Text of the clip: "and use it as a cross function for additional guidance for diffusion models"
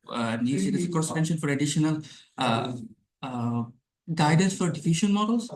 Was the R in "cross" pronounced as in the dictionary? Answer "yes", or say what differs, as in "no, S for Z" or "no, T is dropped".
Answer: no, R is dropped